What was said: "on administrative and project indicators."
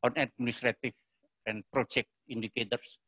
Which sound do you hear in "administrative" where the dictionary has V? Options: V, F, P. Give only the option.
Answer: F